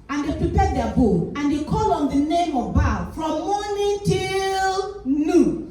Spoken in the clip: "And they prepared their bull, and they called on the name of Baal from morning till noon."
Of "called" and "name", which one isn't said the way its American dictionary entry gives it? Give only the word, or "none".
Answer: called